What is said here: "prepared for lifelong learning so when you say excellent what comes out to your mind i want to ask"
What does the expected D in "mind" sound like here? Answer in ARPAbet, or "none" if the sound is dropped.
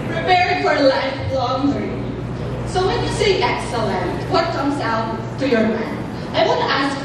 none